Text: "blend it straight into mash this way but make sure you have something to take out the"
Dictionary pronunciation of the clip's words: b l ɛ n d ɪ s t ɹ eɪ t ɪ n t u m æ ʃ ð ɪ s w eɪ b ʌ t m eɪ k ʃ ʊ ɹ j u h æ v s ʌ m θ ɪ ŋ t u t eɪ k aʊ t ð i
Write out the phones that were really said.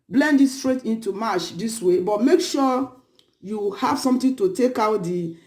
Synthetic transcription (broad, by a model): b l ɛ n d ɪ s t ɹ eɪ t ɪ n t u m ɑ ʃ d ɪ s w eɪ b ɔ t m eɪ k ʃ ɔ j u h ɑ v s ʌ m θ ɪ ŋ t u t eɪ k aʊ t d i